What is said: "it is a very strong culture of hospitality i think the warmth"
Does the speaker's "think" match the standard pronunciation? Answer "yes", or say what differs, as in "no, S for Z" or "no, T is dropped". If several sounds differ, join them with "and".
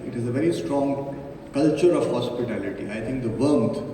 no, T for TH